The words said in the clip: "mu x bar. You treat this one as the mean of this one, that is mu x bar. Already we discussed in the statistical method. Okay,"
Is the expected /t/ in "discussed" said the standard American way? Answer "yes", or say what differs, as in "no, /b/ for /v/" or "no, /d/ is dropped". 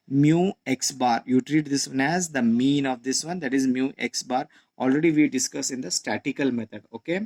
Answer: no, /t/ is dropped